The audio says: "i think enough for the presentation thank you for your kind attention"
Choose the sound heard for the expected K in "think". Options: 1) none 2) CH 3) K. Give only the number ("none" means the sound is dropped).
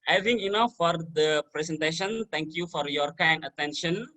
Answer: 1